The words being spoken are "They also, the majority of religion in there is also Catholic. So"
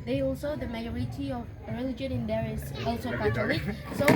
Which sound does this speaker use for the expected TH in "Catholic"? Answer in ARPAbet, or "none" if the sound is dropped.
T